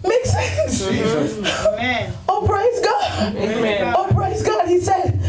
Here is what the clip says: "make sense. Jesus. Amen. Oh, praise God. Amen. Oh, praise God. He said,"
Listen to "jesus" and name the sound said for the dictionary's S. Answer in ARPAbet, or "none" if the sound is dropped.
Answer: none